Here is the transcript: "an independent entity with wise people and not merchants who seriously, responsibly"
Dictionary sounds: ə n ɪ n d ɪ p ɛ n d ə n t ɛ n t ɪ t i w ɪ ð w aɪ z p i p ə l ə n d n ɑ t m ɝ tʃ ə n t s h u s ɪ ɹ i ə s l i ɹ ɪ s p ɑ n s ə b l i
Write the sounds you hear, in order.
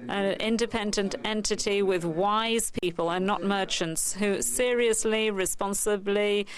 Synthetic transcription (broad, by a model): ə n ɪ n d ɪ p ɛ n d ə n t ɛ n t ɪ t i w ɪ ð w aɪ z p i p ə l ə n n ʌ t m ɝ tʃ ə n t s h u s ɪ ɹ i ə s l i ɹ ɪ s p ɑ n s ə b l i